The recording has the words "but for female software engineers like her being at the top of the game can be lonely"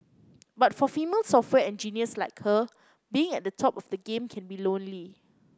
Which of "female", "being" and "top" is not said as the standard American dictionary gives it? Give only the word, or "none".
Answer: none